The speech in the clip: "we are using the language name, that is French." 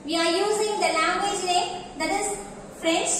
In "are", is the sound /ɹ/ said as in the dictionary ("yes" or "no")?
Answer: yes